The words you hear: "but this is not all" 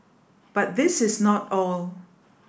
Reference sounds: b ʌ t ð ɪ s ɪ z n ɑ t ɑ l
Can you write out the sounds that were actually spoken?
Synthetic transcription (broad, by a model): b ʌ t ð ɪ s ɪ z n ɑ t ɑ l